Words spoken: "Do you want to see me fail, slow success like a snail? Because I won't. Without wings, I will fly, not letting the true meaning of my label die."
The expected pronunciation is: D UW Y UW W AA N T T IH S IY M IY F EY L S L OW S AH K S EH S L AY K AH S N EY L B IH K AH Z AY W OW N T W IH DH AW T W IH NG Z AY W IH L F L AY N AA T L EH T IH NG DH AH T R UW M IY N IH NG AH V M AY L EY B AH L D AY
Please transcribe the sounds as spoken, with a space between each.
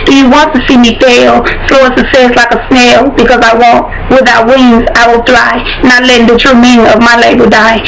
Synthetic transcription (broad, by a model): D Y W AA N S T IH S IY M IY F EY L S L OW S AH S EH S L AY K AH S N EY L B IH K AH Z AY W OW N T W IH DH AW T W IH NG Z AY W IH L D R AY N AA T L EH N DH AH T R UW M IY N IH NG AH V M AY L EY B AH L D AY